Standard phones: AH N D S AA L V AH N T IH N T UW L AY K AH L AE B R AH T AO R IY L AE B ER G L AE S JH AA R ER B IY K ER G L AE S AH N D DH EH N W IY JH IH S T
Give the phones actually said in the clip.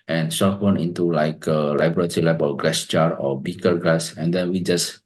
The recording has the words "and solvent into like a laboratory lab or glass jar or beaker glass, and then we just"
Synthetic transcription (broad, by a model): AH N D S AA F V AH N IH N T UW L AY K AH L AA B R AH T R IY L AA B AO G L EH S CH AA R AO B IY K ER G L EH S AH N D EH N W IY JH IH S